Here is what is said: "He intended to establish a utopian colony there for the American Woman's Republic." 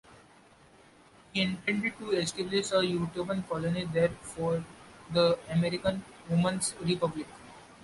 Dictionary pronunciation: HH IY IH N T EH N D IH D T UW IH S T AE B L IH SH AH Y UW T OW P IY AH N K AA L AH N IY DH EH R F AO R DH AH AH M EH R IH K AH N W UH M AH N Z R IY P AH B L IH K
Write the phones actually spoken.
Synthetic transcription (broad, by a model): HH IY IH N T EH N D IH D T UW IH S T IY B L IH S AH Y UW T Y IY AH N K AA L AH N IY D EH R F AO R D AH AH M EH R IH K AH N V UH M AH N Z R IY P AH B L IH K